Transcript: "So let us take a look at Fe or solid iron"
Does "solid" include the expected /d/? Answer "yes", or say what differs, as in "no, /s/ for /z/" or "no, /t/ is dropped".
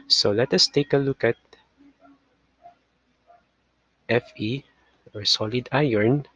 yes